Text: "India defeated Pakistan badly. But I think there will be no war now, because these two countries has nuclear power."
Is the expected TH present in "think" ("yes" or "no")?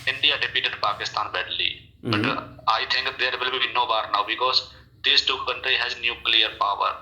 no